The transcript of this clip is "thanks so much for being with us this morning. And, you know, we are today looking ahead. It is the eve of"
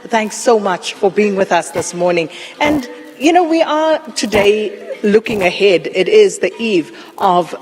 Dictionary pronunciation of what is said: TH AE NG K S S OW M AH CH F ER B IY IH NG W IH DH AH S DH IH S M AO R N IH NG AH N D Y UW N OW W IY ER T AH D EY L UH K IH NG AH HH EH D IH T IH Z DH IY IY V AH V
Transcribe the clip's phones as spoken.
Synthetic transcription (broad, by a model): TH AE NG K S S OW M AH CH F ER B IY IH NG W IH DH AH S DH IH S M AO R N IH NG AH N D Y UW N OW W IY ER T AH D EY L UH K IH NG AH HH EH D IH T IH Z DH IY IY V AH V